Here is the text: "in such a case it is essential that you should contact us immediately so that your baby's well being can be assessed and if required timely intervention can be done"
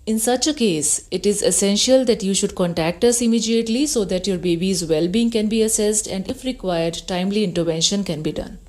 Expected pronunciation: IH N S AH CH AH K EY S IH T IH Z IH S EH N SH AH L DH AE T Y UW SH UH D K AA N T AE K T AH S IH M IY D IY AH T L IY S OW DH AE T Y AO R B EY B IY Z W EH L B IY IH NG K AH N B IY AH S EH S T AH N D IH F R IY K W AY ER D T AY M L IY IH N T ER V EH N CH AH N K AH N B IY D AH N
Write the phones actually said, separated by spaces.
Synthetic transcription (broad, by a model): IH N S AH CH AH K EY S IH T IH Z IH S EH N SH AH L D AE T Y UW SH UH D K AA N T AE K T AH S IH M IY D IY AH T L IY S OW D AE T Y AO R B EY B IY Z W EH L B IY IH NG K AH N B IY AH S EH S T AH N D IH F R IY K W AY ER D T AY M L IY IH N T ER V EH N SH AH N K AH N B IY D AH N